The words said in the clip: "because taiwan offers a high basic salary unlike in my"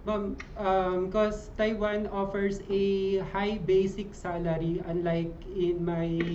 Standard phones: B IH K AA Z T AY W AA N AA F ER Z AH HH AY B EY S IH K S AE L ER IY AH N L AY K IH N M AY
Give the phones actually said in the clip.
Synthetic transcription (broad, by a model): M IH K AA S T AY W AA N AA F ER S AH HH AY B EY S IH K S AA L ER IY AH N L AY K IH N M AY